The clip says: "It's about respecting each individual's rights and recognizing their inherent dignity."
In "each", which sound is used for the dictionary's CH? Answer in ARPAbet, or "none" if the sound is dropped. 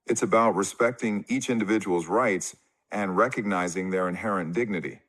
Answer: CH